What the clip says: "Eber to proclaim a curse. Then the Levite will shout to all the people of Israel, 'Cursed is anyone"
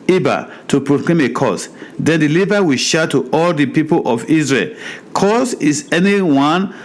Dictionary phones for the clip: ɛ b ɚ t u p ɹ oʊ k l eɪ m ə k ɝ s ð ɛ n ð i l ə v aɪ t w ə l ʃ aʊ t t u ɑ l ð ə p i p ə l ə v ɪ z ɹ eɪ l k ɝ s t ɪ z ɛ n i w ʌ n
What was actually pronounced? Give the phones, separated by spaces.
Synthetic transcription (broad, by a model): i b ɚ t u p ɹ oʊ k l eɪ m ə k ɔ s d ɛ n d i l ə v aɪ w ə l ʃ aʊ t t u ɑ l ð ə p i p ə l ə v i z ɹ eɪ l k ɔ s ɪ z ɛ n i w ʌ n